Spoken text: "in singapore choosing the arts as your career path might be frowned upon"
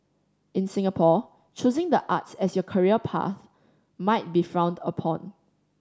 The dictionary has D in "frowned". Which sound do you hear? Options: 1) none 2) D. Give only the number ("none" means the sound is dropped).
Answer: 2